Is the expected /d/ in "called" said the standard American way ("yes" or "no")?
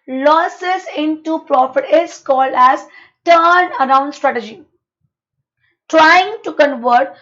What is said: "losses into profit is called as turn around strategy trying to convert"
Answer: yes